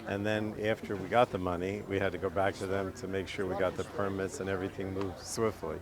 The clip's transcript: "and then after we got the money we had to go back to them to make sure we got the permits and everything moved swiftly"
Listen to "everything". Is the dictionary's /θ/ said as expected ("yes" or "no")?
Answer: yes